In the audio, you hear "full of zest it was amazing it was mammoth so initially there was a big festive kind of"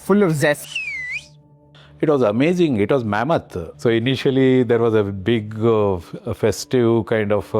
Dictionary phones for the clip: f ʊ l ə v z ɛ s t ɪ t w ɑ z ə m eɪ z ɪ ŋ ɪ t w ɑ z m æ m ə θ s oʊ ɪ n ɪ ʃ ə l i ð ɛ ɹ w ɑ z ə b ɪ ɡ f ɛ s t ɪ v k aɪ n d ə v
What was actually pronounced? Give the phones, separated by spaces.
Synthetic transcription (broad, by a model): f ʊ l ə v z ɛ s ɪ t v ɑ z ə m eɪ z ɪ ŋ ɪ t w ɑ z m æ m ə t s oʊ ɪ n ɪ ʃ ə l i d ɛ ɹ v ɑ z ə b ɪ ɡ f ɛ s t ɪ v k aɪ n d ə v